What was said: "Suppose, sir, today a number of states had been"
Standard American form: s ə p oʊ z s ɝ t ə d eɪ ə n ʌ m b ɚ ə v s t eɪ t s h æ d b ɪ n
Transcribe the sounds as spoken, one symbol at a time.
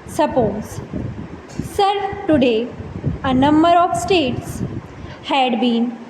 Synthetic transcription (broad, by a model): s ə p oʊ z s ɝ t ə d eɪ ə n ʌ m b ɚ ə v s t eɪ t s h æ d b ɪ n